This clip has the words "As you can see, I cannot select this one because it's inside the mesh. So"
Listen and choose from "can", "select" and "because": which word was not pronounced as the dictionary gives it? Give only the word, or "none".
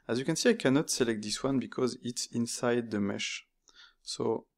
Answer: none